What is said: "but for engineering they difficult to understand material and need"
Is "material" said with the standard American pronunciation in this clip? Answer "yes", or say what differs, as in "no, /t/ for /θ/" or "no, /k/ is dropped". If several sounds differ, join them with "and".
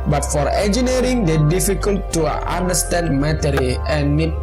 no, /n/ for /l/